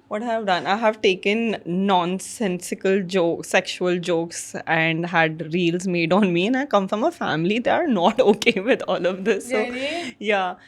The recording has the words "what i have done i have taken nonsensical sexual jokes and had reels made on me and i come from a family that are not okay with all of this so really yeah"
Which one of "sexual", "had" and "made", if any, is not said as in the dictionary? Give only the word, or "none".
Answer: none